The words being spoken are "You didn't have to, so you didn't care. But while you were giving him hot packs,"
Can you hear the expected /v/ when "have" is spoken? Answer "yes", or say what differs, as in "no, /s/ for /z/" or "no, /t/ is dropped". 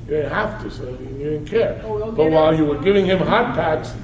no, /f/ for /v/